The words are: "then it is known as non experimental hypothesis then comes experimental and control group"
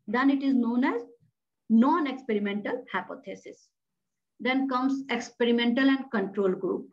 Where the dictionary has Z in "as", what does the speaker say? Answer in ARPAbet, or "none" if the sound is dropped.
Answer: Z